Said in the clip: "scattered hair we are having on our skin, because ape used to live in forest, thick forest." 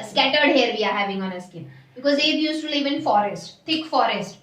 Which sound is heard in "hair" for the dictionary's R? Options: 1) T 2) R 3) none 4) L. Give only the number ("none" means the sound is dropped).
2